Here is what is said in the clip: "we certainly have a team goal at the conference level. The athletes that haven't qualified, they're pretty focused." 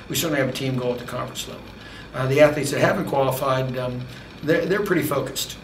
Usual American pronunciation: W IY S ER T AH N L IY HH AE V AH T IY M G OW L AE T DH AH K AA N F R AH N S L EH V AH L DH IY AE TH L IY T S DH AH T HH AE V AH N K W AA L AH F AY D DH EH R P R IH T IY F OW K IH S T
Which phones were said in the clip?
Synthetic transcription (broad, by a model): W IY S ER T N L IY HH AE V AH T IY M G OW L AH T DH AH K AA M F R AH N S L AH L DH IY AE TH L IY T S DH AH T HH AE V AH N K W AA L AH F AY D DH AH R P R IH T IY F OW K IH S T